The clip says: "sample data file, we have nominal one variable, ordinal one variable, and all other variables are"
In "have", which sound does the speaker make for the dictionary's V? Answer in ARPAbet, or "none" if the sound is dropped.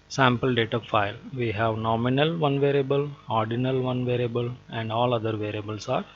V